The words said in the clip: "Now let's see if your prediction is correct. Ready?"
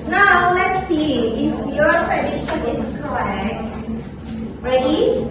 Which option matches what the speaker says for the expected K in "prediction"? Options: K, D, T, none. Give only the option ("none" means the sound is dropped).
none